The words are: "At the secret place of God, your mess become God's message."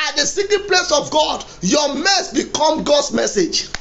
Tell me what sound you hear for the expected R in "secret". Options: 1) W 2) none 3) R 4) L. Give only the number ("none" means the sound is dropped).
2